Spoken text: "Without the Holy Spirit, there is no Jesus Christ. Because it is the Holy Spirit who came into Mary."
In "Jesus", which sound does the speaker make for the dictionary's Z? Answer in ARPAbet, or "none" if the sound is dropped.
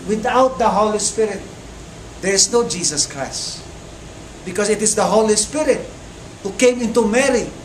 S